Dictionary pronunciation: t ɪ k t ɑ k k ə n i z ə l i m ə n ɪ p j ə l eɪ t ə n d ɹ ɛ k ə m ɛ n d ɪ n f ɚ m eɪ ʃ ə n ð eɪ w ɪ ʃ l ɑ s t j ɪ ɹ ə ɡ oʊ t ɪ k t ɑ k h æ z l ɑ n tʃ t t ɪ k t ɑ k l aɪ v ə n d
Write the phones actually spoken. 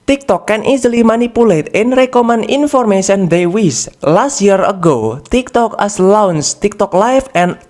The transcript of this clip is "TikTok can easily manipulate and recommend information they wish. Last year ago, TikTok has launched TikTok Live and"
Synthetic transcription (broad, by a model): t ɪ k t ɑ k k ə n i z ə l i m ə n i p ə l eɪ t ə n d ɹ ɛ k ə m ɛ n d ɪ n f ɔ m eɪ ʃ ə n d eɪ w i s l ɑ s t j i ɹ ə ɡ oʊ t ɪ k t ɑ k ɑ s l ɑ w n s t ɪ k t ɑ k l aɪ f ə n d